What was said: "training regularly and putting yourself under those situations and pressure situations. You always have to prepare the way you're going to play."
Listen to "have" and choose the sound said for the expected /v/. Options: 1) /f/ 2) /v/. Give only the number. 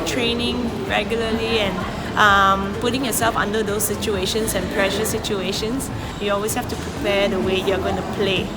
1